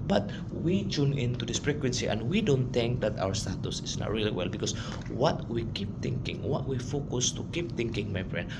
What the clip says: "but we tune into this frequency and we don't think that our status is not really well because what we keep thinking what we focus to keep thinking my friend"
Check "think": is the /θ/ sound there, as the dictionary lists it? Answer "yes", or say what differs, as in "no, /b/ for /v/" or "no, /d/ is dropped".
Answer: no, /t/ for /θ/